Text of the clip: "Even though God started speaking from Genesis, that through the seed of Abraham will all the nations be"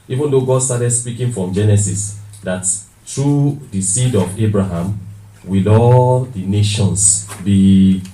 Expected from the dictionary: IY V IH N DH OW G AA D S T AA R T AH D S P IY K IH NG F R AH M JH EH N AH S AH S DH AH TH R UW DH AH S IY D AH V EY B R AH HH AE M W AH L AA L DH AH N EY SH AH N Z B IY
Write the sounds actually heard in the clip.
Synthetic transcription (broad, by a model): IY V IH N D OW G AA D S T AA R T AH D S P IY K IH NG F R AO M JH EH N AH S AH S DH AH T R UW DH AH S IY D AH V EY B R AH HH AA M W AH L AA L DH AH N EY SH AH N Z B IY